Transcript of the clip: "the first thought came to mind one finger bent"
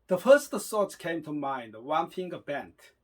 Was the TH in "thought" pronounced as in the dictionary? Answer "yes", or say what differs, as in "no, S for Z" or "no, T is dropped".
no, S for TH